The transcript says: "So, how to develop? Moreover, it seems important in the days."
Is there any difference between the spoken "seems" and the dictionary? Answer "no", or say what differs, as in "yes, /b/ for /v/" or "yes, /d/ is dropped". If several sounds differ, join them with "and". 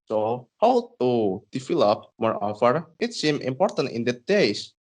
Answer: yes, /z/ is dropped